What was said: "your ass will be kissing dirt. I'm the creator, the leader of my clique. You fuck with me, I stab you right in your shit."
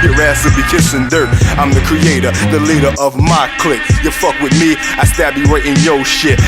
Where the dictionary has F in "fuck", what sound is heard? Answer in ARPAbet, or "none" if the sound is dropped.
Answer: F